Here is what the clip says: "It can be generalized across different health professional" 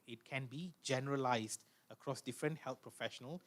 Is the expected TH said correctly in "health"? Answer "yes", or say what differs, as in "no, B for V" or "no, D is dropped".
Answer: no, T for TH